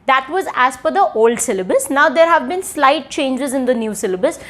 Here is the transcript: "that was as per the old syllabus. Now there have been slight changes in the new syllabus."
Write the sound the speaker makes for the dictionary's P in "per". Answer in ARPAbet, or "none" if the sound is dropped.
F